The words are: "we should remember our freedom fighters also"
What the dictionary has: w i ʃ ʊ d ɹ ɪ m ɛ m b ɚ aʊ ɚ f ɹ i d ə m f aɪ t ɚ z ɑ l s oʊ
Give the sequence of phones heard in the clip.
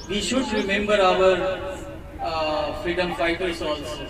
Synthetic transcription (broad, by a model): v i ʃ ʊ d ɹ ɪ m ɛ m b ɚ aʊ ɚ f ɹ i d ə m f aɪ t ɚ s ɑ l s